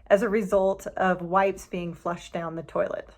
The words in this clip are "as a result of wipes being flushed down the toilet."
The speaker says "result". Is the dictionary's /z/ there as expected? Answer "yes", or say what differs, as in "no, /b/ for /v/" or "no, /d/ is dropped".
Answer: yes